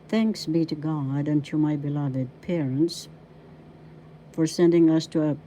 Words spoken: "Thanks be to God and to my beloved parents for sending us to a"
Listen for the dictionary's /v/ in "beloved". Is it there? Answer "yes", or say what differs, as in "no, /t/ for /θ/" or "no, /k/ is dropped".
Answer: yes